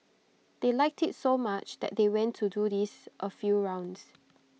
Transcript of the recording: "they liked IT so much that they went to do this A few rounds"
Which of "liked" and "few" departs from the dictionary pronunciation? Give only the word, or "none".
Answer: none